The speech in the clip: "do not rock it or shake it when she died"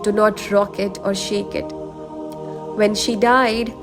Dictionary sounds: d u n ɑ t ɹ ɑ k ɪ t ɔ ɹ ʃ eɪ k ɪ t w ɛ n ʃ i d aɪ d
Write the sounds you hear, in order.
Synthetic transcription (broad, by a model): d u n ɑ t ɹ ɑ k ɪ t ɔ ɹ ʃ eɪ k ɪ t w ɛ n ʃ i d aɪ d